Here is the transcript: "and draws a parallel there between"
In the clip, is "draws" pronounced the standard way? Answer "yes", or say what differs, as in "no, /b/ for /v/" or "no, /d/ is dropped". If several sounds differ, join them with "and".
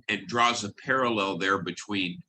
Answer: yes